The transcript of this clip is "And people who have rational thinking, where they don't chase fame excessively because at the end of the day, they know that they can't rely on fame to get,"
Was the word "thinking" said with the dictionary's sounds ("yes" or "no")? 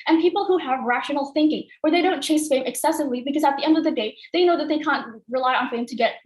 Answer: yes